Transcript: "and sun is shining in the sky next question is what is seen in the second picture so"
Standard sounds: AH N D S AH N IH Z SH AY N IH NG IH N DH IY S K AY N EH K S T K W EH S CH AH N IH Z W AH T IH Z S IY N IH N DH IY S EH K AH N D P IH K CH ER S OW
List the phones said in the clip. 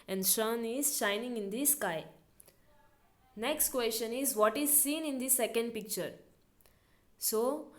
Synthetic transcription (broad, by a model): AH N D SH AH N IH Z SH AY N IH NG IH N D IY S K AY N EH K S T K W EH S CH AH N IH Z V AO T IH Z S IY N IH N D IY S EH K AH N D P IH K CH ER S OW